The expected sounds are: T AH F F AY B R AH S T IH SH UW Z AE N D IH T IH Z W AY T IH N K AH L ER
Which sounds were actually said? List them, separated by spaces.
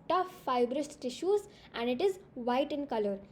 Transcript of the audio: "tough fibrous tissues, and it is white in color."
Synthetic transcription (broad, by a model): T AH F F AY B R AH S T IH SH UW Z AE N D IH T IH Z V AY T IH N K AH L ER